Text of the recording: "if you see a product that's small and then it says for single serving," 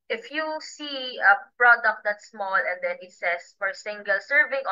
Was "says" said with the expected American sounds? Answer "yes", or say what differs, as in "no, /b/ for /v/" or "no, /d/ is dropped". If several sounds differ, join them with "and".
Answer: no, /s/ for /z/